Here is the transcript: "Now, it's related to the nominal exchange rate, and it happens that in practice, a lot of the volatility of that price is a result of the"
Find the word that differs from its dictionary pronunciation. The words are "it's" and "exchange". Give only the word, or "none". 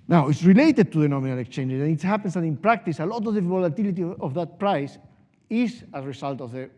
none